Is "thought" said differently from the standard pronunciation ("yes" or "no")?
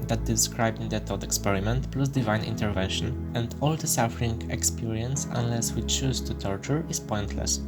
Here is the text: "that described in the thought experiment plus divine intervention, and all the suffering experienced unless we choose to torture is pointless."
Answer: yes